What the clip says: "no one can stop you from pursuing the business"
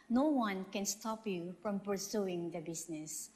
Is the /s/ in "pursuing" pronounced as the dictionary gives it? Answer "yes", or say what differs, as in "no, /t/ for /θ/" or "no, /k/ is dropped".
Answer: yes